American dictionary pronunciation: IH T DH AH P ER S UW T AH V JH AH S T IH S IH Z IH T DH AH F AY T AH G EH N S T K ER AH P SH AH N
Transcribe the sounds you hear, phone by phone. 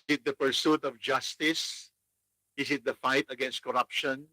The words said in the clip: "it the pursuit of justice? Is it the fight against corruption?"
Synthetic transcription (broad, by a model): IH T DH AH P ER S UW T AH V JH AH S T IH S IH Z IH T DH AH F AY T AH G EH N S T K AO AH P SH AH N